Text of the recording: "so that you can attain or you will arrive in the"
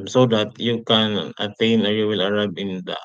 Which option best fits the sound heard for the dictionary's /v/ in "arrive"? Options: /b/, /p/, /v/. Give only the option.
/b/